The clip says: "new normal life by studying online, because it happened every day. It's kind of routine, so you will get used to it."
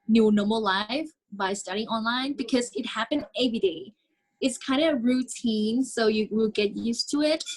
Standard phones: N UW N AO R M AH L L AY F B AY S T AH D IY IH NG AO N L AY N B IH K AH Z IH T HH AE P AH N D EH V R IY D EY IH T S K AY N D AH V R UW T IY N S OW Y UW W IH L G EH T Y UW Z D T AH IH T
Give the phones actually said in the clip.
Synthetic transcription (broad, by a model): N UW N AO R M L L AY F B AY S T AH D IY IH NG AO N L AY N B IH K AH Z IH T HH AE P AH N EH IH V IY D EY IH T S K AY N D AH R UW T IY N S OW Y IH W IH L G EH T Y UW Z T AH IH T